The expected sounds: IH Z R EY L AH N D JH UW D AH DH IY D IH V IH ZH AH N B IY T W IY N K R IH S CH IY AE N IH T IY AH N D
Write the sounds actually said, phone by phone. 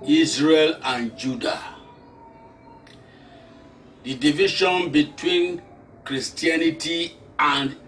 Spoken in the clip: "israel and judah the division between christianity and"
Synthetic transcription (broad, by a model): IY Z R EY L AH N JH UW D AH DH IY D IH V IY SH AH N B IY T W IY N K R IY S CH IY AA N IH T IY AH N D